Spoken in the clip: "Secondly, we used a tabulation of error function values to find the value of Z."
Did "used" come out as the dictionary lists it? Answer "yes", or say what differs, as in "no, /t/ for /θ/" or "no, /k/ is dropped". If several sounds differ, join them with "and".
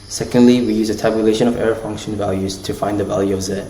no, /d/ is dropped